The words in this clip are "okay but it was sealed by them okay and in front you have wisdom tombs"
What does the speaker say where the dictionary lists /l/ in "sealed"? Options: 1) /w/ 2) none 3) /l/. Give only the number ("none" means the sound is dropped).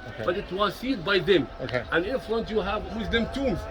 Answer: 2